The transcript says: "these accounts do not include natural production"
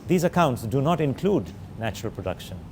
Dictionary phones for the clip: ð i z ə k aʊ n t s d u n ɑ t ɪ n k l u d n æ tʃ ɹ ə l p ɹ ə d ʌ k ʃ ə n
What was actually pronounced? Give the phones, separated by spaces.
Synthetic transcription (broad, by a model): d i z ə k aʊ n t s d u n ɑ t ɪ n k l u d n æ tʃ ɹ ə l p ɹ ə d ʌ k ʃ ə n